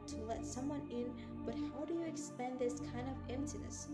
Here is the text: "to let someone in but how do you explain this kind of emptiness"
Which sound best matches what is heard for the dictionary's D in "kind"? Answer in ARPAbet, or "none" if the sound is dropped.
D